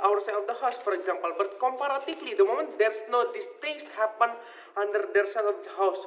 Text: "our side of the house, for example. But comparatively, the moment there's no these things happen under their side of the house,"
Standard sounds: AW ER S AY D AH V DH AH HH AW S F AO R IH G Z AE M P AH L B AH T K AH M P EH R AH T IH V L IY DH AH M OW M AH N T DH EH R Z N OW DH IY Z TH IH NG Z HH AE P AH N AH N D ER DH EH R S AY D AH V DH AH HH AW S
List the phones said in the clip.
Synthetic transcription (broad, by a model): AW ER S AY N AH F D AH HH AW S F AO R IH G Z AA M P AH L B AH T K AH M P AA R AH T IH F L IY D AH M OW M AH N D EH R S N OW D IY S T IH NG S HH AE P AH N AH N D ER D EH R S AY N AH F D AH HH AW S